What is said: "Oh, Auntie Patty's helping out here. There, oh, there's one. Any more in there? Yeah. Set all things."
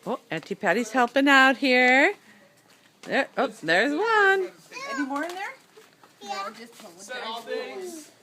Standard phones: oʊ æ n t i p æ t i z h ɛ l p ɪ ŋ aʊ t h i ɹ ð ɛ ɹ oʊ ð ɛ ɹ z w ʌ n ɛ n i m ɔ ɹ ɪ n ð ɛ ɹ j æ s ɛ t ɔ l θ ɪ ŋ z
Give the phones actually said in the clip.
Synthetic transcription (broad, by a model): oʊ æ n t i p æ t i z h ɛ l p ɪ ŋ aʊ t h i ɹ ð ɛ ɹ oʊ ð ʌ ɹ z w ʌ n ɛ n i m ɔ ɹ ɪ n ð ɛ ɹ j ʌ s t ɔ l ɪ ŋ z